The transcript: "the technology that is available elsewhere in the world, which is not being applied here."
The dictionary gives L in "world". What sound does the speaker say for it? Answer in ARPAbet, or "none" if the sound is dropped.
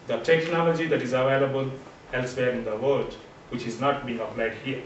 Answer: none